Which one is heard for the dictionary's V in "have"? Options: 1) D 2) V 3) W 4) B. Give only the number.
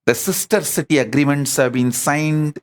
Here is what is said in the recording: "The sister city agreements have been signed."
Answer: 2